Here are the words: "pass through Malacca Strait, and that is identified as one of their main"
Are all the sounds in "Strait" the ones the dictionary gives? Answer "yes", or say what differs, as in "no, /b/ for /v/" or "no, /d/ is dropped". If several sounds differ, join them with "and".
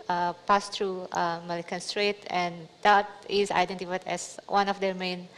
yes